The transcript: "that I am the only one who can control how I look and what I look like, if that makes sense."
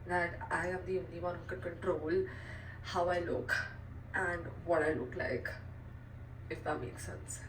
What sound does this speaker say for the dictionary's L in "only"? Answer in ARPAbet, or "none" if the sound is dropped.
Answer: none